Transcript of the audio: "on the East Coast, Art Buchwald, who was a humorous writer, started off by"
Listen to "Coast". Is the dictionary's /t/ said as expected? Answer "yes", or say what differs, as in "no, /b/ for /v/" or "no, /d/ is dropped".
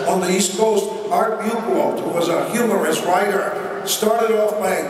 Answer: yes